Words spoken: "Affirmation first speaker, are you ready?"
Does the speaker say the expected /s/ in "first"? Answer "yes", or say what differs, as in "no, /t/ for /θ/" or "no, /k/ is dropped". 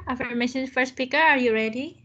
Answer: no, /s/ is dropped